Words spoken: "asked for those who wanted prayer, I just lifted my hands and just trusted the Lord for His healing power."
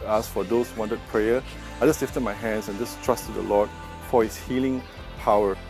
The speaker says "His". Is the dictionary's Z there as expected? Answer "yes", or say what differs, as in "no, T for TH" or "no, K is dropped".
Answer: no, S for Z